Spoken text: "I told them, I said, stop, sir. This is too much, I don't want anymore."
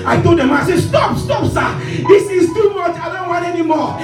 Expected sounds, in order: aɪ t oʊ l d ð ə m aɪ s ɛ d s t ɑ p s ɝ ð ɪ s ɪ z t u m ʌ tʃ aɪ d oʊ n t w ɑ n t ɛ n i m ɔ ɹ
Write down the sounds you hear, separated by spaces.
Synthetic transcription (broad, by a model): aɪ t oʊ d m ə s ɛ s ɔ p s t ɑ p s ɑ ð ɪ s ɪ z t u m ʌ tʃ aɪ d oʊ n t w ɑ n t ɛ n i m ɔ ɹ